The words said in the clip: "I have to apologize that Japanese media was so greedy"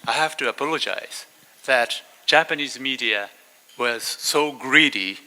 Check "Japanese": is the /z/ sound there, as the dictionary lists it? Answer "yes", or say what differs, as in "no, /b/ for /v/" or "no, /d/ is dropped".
yes